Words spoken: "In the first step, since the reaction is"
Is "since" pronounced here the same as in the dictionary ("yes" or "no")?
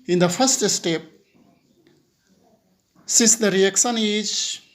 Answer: no